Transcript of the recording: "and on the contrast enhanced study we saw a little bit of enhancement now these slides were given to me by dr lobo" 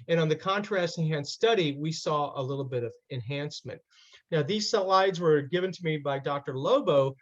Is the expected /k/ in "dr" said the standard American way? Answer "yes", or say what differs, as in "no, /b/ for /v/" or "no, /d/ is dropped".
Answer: yes